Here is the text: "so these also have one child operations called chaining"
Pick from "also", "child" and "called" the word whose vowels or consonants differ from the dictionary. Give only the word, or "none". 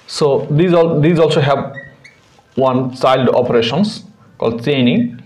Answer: child